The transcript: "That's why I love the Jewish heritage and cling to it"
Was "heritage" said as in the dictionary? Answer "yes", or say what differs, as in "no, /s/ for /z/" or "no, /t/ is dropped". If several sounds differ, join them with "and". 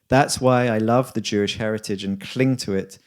yes